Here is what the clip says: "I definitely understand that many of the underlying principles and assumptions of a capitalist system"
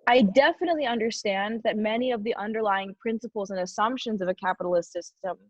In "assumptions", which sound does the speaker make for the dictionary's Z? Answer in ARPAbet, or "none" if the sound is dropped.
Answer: Z